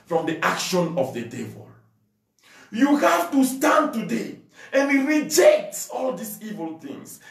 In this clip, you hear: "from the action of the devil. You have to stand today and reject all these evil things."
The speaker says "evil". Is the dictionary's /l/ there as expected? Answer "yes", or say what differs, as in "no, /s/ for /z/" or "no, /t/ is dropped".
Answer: yes